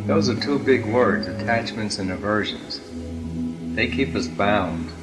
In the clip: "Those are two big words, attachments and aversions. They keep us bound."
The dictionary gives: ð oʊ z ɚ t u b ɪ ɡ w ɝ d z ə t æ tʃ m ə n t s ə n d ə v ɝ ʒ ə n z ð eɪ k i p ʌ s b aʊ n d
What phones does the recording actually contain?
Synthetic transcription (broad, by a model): ð oʊ z ɚ t u b ɪ ɡ w ɝ d z ə t æ tʃ m ə n t s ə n ə v ɝ ʒ ə n z ð eɪ k i p ʌ s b aʊ n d